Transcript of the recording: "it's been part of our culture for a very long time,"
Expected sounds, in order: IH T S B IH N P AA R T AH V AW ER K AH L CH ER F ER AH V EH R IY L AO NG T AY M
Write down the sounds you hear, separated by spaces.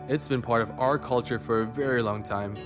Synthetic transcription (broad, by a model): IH T S B IH N P AA R T AH V AW ER K AH L CH ER F ER AH V EH R IY L AO NG T AY M